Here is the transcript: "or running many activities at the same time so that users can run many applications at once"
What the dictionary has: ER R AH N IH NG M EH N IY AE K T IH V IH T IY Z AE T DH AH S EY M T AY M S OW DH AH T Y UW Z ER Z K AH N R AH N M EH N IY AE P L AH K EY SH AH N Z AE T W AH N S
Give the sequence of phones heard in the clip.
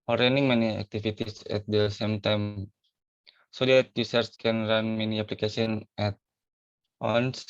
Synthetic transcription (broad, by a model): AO R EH N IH NG M EH N IY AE K T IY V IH T IY S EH T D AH S EY M T AY M S OW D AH T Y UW S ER S K AH N R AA N M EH N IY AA P L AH K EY S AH N EH T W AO N S